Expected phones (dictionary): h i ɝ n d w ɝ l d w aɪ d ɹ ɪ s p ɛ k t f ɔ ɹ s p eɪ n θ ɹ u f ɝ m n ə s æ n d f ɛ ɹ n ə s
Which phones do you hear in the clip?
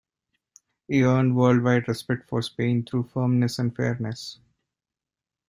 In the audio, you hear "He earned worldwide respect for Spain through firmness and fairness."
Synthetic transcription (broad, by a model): h i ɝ n d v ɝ l d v aɪ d ɹ ɪ s p ɛ k t f ɔ ɹ s p eɪ n t ɹ u f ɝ m n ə s æ n d f ɛ ɹ n ə s